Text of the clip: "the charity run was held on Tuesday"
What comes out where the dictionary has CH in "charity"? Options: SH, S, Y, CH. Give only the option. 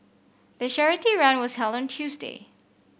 SH